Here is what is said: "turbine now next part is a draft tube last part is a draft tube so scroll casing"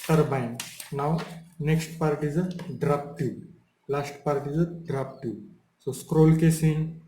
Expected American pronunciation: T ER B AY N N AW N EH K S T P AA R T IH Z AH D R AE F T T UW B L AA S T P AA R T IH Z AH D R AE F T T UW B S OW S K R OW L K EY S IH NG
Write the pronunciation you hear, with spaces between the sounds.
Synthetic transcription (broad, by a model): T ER B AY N N AW N EH K S T P AA R T IH Z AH D R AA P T T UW L AA S T P AA R T IH Z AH D R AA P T T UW S OW S K R OW L K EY S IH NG